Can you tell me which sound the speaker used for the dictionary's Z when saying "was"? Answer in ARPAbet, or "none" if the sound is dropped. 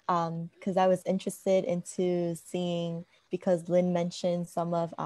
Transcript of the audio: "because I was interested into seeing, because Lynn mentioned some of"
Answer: Z